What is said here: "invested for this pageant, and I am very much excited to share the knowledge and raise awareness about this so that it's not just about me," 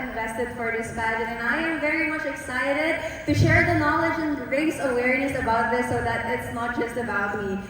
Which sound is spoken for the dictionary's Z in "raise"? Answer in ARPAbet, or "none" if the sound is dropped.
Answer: S